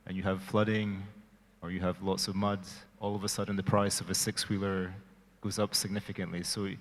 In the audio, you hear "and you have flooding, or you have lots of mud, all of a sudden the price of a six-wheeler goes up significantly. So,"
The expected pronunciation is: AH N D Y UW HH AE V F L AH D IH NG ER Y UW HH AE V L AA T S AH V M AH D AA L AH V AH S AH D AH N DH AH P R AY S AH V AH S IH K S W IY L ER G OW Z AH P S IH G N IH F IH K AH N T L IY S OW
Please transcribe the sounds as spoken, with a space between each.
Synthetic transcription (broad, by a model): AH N Y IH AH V F L AH D IH NG ER Y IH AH V L AA T S AH V M AH D AA L AH V AH S AH D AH N DH AH P R AY S AH V AH S IH K S W IY L ER G OW Z AH P S IH G N IH F IH K AH N T L IY S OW